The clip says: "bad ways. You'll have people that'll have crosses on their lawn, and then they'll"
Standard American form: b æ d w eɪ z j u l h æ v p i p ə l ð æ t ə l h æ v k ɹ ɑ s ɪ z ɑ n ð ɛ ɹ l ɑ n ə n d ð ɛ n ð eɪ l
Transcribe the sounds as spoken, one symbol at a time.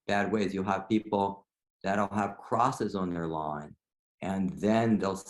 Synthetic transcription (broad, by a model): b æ d w eɪ z j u l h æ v p i p l ð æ t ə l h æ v k ɹ ɑ s ɪ z n ð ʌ ɹ l ɑ n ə n ð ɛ n ð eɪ l